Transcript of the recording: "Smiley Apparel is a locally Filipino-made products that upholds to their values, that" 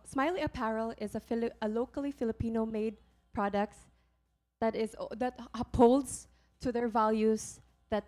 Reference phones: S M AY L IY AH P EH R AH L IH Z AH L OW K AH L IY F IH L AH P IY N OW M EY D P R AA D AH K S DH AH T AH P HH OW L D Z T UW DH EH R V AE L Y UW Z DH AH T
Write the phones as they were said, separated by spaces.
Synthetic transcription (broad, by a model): S M AY L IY AH P EH R AH L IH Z AH L OW K AH L IY F IH L AH P IY N OW M EY D P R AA D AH K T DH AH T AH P HH OW L D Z T UW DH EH R V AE L Y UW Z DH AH T